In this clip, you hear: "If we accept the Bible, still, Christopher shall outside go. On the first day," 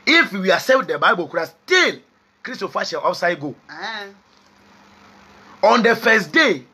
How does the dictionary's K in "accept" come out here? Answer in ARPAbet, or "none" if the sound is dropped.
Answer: none